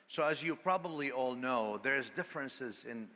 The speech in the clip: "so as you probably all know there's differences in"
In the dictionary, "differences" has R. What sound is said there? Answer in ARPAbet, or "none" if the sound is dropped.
R